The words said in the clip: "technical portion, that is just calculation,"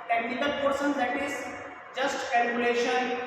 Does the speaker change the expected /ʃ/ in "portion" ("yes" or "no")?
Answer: yes